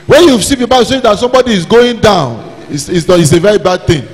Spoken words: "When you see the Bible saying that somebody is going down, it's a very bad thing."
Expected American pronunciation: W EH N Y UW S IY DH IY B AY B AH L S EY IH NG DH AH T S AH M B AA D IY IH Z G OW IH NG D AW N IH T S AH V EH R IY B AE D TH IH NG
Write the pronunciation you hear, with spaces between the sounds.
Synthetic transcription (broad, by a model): W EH N Y UW S IY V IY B AY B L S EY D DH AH T S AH M B AA D IY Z G OW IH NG D AW N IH S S AH V EH R IY B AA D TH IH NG